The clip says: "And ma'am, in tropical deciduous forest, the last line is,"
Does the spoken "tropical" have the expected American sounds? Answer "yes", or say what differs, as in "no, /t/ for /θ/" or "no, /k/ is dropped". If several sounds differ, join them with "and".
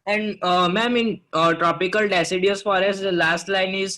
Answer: yes